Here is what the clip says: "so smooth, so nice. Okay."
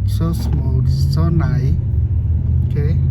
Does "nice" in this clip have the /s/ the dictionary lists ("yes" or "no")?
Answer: no